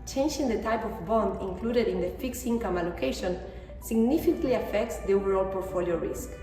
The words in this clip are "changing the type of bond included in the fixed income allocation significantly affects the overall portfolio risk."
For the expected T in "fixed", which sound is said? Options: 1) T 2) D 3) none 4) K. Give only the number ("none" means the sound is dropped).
3